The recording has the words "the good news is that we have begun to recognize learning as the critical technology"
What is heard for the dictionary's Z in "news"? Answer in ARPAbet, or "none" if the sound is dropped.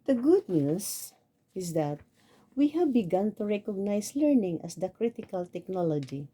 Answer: S